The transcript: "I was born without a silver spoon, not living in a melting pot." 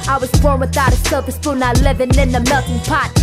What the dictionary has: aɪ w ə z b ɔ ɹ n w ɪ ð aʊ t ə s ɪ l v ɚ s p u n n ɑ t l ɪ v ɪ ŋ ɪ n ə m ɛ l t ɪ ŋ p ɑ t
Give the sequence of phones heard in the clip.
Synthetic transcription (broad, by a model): aɪ w ə z b ɔ ɹ n w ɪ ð aʊ t ə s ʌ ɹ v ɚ s f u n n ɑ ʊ l ɪ v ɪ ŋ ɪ n ə m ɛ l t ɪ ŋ p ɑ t